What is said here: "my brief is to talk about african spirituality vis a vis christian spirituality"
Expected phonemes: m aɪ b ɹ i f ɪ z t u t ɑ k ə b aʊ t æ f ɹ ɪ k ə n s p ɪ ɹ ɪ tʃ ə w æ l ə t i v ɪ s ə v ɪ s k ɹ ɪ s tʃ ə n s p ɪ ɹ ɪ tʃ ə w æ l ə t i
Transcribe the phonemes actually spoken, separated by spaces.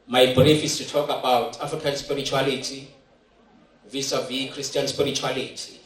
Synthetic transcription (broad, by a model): m aɪ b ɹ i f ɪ s t u t ɑ k ə b aʊ t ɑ f ɹ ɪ k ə n s p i ɹ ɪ tʃ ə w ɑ l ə t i v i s ə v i k ɹ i s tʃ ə n s p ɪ ɹ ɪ tʃ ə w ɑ l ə t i